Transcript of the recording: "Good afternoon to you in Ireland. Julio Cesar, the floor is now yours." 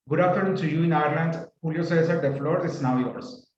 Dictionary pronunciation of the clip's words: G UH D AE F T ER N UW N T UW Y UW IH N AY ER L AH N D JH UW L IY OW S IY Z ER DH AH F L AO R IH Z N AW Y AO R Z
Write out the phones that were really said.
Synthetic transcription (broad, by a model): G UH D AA T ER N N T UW Y UW IH N AY ER L AH N D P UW L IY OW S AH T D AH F L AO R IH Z N AW Y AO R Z